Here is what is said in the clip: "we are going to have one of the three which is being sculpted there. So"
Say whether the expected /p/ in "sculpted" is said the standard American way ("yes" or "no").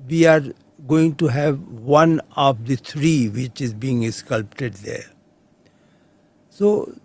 yes